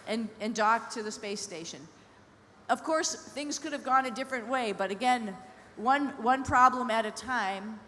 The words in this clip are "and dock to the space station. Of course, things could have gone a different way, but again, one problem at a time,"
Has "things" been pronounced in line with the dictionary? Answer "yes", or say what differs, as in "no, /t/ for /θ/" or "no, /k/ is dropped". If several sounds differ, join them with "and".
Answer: yes